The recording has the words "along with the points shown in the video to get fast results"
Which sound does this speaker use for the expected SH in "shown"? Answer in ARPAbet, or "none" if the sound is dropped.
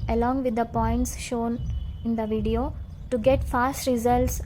SH